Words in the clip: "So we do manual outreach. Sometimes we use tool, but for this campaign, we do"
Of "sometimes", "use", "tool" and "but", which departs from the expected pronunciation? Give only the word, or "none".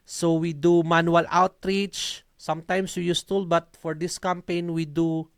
sometimes